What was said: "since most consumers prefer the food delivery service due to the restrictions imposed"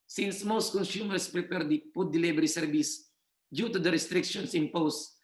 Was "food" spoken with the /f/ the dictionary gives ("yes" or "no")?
no